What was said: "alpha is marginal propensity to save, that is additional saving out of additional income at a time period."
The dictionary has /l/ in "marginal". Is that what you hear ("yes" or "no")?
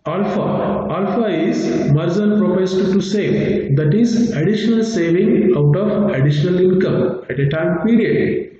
no